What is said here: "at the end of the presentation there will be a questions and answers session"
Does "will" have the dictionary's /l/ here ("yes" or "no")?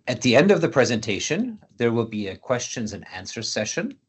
yes